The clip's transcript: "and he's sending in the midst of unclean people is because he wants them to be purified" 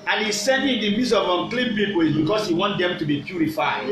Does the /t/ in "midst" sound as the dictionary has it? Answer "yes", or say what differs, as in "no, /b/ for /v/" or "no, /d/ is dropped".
no, /t/ is dropped